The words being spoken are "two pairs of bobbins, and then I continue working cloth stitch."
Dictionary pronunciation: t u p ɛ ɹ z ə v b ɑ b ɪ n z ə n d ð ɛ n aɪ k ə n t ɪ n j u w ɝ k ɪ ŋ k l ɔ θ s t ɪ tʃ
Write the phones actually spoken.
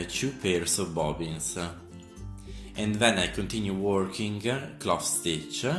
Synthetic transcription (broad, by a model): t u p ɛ ɹ s ə v b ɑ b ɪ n s ə n d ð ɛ n aɪ k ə n t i n j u w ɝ k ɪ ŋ k l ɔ f s t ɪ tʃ